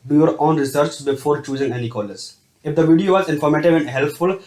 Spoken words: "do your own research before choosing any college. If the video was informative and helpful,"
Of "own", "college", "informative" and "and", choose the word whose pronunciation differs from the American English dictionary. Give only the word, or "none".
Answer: college